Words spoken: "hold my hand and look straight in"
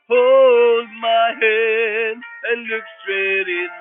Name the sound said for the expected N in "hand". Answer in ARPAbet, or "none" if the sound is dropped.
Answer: none